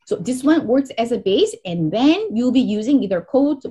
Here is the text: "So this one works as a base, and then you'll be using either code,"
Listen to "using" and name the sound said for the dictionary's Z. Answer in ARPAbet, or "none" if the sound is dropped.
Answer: Z